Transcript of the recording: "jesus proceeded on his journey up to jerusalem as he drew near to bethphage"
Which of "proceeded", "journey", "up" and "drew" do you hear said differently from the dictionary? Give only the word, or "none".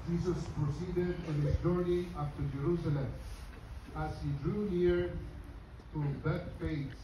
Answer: up